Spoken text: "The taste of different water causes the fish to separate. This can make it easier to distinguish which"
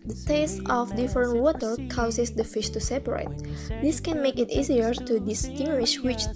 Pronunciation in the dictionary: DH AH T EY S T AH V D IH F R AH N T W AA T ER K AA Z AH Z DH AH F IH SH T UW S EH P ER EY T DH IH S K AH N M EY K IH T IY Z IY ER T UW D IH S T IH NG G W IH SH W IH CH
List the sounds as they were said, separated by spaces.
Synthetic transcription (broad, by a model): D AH T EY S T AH F D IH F R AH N W AA T ER K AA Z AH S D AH F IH SH T UW S EH P ER EY T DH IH S K AH N M EY K IH T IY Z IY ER T UW D IH S T IH NG G W IH SH W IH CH